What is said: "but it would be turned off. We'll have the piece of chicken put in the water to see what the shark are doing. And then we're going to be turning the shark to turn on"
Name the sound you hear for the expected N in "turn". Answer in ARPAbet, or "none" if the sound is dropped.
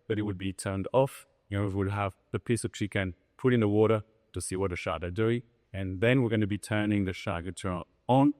none